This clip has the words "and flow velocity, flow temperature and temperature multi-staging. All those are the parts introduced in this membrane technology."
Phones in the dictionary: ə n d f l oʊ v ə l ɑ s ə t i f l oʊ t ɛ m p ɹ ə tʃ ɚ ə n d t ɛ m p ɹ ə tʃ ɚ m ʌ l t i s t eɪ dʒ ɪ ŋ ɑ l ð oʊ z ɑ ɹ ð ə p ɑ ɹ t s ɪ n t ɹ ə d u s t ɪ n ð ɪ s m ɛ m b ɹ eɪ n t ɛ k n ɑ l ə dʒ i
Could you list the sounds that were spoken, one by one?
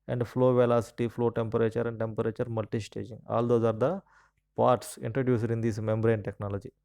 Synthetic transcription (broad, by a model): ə n d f l oʊ v ə l ɑ s ə t i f l oʊ t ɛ m p ɹ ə tʃ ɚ ə n d t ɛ m p ɹ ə tʃ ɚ m ʌ l t i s t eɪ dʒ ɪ ŋ ɑ l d oʊ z ɑ ɹ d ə p ɑ ɹ t s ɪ n t ɹ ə d u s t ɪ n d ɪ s m ɛ m b ɹ eɪ n t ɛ k n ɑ l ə dʒ i